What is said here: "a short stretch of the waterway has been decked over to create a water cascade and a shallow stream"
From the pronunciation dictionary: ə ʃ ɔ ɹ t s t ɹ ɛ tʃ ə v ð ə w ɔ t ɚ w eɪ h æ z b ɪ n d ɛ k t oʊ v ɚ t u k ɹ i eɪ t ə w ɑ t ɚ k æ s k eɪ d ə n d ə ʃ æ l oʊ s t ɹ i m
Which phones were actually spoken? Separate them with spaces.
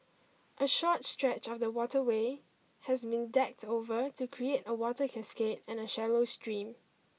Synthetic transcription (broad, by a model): ə ʃ ɔ t s t ɹ ɛ tʃ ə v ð ə w ɔ t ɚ w eɪ h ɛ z b ɪ n d ɛ k t oʊ v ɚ t u k ɹ i eɪ t ə w ɑ t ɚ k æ s k eɪ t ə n ə ʃ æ l oʊ s t ɹ i m